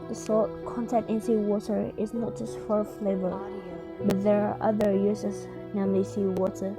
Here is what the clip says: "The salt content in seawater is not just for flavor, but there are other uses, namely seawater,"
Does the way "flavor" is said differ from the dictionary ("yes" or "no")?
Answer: no